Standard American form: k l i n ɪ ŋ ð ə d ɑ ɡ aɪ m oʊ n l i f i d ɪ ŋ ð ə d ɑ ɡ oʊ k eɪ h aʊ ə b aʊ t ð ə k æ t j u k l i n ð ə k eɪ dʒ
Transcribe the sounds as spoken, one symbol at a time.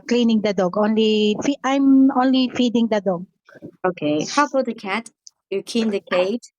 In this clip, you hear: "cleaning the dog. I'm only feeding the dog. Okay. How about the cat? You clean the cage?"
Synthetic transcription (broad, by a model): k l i n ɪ ŋ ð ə d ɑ ɡ aɪ m oʊ n l i f i d ɪ ŋ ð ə d ɑ ɡ oʊ k eɪ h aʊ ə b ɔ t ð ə k æ t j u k i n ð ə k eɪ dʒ